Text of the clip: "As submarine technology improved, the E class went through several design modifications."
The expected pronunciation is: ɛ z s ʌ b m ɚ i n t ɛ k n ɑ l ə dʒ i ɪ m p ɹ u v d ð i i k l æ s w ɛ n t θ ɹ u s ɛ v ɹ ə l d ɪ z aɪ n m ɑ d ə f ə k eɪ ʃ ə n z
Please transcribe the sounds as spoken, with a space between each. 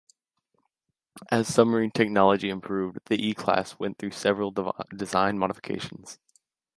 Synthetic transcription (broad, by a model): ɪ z s ʌ m ɚ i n t ɛ k n ɑ l ə dʒ i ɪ m p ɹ u v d ð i i k l æ s w ɛ n θ ɹ u s ɛ v ɹ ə l d ɪ z aɪ n m ɑ d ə f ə k eɪ ʃ n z